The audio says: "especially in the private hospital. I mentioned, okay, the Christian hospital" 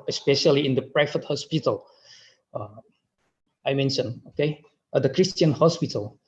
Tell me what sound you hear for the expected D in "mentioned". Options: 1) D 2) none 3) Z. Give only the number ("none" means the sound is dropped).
2